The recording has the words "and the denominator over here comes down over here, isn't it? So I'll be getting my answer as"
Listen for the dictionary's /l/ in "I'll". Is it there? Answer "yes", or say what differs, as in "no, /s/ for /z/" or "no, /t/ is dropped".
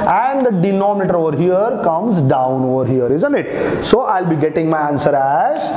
yes